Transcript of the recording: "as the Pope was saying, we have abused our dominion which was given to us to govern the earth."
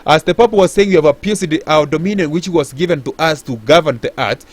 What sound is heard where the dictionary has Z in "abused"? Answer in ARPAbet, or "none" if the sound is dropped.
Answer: S